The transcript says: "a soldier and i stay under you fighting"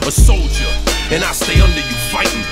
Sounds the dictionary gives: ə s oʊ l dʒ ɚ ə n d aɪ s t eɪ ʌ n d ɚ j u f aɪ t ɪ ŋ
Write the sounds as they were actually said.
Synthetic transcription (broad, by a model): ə s oʊ l dʒ ɚ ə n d aɪ s t eɪ ʌ n d ɚ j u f aɪ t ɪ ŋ